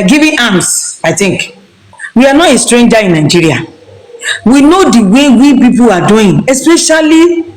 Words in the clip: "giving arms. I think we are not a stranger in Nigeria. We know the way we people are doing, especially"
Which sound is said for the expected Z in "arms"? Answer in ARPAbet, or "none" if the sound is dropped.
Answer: S